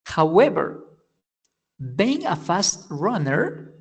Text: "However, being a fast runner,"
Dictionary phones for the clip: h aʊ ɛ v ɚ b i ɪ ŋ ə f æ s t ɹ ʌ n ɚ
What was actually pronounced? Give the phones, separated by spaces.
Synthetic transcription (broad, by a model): h aʊ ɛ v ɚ b i ɪ ŋ ə f æ s t ɹ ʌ n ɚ